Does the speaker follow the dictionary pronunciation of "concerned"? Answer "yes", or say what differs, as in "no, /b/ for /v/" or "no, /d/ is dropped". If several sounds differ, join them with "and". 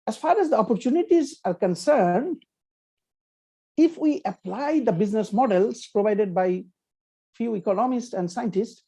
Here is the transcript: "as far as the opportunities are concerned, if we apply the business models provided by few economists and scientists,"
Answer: yes